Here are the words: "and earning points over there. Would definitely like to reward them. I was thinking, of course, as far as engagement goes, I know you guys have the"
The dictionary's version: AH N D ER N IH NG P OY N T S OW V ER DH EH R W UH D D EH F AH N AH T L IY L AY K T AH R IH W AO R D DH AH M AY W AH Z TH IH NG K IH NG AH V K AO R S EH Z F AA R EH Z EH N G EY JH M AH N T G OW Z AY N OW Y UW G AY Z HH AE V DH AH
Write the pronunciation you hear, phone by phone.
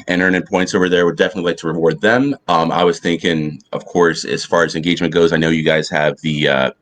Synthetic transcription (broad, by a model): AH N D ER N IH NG P OY N T S OW V ER DH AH R W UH D D EH F AH N AH T L IY L AY K T AH R IH W AO R D DH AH M AY W AH Z TH IH NG K IH NG AH V K AO R S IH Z F AA R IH Z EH N G EY JH M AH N G OW Z AY N OW Y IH G AY Z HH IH V DH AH